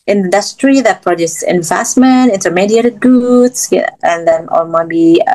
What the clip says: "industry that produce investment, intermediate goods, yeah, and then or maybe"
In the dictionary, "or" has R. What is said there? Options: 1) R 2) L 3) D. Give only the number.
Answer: 2